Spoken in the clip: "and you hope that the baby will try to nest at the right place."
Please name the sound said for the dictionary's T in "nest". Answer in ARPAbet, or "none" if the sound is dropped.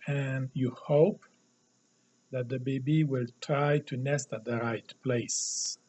T